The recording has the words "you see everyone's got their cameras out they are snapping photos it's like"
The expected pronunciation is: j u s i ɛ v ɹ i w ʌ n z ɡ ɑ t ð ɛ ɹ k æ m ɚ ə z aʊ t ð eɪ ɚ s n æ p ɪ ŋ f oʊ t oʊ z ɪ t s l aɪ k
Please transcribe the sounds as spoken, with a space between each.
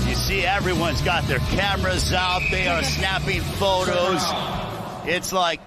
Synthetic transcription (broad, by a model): j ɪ s i ɛ v ɹ i w ʌ n z ɡ ɑ t ð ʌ ɹ k æ m ɚ ə z aʊ t ð eɪ ɚ s n æ p ɪ ŋ f oʊ t oʊ z ɪ t s l aɪ k